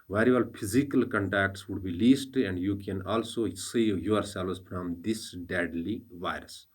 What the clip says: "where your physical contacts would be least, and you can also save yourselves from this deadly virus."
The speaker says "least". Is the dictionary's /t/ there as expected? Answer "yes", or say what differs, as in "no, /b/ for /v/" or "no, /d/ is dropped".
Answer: yes